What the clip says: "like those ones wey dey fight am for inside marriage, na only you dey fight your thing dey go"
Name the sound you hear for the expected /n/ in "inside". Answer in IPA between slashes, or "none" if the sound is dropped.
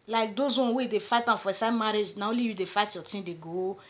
none